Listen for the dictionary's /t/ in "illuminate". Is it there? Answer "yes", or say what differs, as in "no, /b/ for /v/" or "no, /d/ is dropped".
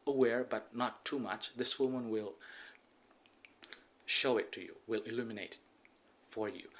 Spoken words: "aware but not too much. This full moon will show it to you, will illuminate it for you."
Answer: no, /t/ is dropped